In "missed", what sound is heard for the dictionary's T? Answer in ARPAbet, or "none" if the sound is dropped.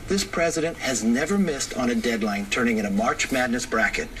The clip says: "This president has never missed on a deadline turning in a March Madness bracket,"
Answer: T